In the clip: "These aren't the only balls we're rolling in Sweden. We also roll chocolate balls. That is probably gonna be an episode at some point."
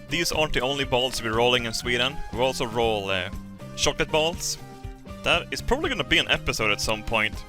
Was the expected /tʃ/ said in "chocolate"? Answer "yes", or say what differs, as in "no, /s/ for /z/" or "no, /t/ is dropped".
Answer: no, /ʃ/ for /tʃ/